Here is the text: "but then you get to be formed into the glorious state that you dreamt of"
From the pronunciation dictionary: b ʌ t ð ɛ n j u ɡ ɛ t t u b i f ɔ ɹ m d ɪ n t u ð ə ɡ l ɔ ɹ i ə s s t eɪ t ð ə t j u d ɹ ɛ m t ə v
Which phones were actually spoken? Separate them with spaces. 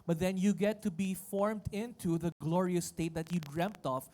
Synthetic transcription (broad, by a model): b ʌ t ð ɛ n j u ɡ ɛ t t u b i f ɔ ɹ m d ɪ n t u ð ə ɡ l ɔ ɹ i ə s s t eɪ t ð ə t j u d ɹ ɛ m t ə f